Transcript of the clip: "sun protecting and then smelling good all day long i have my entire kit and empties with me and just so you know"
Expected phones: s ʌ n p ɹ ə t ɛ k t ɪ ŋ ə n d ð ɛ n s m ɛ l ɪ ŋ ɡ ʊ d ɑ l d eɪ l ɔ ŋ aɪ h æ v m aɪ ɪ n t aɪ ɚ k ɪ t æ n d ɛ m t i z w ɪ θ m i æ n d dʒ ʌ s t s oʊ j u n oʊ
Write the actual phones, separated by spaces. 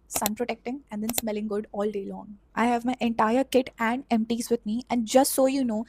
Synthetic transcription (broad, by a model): s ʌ n p ɹ ə t ɛ k t ɪ ŋ ə n d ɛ n s m ɛ l ɪ ŋ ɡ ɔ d ɑ l d eɪ l ɔ ŋ aɪ h æ v m aɪ ɪ n t aɪ ɚ k ɪ t æ n d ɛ m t i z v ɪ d m i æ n d dʒ ʌ s t s oʊ j u n oʊ